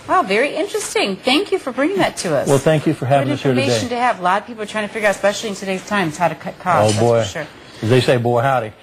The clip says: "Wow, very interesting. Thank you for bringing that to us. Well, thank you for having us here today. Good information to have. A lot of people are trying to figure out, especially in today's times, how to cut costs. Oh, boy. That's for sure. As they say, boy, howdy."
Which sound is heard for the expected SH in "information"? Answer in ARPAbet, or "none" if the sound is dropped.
none